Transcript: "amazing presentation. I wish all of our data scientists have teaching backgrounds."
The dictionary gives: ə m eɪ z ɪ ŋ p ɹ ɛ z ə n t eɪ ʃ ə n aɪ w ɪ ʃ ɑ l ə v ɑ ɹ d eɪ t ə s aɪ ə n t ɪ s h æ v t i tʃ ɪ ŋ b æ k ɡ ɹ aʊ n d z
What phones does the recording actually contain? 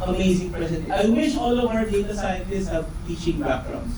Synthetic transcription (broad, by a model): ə m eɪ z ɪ ŋ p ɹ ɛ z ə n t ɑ ə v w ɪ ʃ ɑ l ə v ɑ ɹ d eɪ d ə s aɪ ə n t ɪ s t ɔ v t i tʃ ɪ ŋ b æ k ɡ ɹ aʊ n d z